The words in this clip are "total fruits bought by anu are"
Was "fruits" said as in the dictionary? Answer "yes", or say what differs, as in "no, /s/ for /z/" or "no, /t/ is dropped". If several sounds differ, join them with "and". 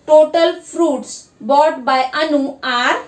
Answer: no, /p/ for /f/